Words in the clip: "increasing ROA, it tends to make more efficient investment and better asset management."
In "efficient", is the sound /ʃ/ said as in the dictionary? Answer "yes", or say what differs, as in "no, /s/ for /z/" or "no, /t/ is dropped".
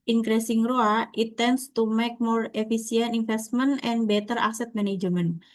no, /s/ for /ʃ/